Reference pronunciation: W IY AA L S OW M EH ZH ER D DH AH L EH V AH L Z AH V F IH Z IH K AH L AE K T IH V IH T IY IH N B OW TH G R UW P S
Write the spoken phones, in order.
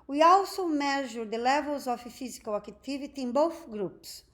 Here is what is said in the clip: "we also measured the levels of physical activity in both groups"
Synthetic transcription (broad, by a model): W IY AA W S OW M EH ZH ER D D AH L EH V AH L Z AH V F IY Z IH K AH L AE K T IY V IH T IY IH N B OW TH G R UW P S